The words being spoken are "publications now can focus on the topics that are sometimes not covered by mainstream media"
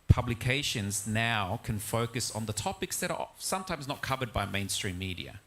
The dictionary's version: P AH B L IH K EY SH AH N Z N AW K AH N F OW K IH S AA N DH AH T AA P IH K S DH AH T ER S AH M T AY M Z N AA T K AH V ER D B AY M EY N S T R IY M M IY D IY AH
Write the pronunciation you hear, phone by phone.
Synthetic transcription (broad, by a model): P AH B L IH K EY SH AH N Z N AW K AH N F OW K IH S N DH AH T AA P IH K S DH AH T ER S AH M T AY M Z N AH T K AH V ER D B AY M EY N S T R IY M M IY D IY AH